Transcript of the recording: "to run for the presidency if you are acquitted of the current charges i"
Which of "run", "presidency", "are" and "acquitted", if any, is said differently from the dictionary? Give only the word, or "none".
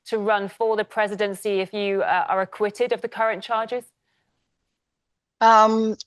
none